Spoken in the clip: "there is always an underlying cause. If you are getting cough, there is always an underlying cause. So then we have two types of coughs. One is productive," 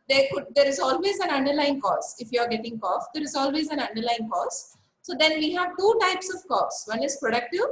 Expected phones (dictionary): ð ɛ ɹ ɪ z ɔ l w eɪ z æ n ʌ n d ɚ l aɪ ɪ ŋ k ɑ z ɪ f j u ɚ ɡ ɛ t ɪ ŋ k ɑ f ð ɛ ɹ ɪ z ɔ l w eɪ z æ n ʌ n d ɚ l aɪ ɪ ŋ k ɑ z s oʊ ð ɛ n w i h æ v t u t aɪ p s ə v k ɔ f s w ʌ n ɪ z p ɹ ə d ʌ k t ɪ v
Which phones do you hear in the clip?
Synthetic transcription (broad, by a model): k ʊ ɹ ɪ z ɔ l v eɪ z æ n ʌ n d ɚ l aɪ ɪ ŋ k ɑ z ɪ f j u ɚ ɡ ɛ t ɪ ŋ k ɑ f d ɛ ɹ ɪ z ɔ l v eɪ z æ n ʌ n d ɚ l aɪ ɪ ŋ k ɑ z s oʊ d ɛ n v i h æ v t u t aɪ p s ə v k ɔ s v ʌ n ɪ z p ɹ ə d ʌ k t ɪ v